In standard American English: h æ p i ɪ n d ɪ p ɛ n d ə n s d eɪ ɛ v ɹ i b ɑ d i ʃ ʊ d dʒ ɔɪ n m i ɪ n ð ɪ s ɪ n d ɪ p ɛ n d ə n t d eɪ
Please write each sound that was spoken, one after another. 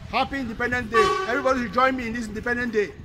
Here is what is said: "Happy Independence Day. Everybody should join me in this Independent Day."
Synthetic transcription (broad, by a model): h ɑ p i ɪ n d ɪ p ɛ n d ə n d eɪ ɛ v ɹ i b ɑ d i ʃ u dʒ ɔɪ n m i ɪ n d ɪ s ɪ n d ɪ p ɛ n d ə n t d eɪ